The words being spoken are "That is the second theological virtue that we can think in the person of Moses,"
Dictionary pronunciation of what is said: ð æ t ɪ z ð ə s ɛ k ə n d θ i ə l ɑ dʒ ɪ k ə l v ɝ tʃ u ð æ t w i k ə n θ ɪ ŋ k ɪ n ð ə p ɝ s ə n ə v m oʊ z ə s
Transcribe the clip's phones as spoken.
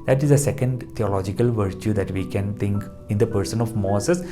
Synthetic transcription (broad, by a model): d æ t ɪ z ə s ɛ k ə n d t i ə l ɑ dʒ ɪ k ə l v ɝ tʃ u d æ t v i k ə n t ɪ ŋ k ɪ n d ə p ɝ s ə n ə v m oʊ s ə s